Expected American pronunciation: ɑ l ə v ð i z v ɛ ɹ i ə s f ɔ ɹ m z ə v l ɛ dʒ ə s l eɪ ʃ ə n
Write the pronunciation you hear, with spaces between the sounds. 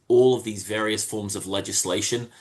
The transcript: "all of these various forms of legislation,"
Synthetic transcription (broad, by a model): ɑ l ə v ð i z v ɛ ɹ i ə s f ɔ ɹ m z ə v l ɛ dʒ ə s l eɪ ʃ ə n